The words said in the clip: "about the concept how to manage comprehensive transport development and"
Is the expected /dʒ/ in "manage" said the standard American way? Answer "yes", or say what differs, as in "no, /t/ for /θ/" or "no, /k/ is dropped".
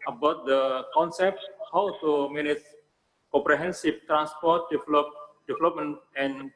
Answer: no, /tʃ/ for /dʒ/